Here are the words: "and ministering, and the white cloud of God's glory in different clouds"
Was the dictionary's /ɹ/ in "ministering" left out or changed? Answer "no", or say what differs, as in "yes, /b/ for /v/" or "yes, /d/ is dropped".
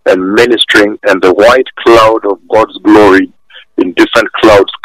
no